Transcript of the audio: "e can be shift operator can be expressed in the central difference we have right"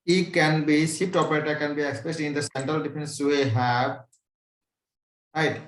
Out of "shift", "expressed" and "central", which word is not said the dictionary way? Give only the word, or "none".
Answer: shift